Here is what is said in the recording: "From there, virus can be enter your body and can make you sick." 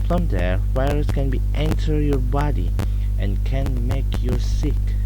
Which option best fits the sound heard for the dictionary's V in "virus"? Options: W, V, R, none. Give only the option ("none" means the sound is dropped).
W